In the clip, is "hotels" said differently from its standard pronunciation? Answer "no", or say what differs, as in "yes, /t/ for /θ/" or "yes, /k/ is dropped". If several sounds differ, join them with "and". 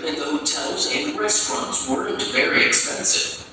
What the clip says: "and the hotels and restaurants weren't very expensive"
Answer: no